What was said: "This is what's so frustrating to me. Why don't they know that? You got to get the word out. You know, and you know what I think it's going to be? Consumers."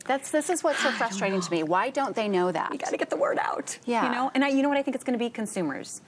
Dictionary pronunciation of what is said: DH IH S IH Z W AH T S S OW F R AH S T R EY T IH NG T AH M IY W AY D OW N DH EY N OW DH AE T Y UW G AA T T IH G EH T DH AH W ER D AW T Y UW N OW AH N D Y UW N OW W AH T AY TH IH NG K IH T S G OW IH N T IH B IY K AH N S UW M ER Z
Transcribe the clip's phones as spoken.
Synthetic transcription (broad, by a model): DH IH S IH Z W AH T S S OW F R AH S T R EY T IH NG T AH M IY W AY D OW N DH EY N OW DH AE T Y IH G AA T T IH G EH T DH AH W ER D AW T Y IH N OW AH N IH Y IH N OW W AH T AY TH IH NG K IH T S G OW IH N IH B IY K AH N S UW M ER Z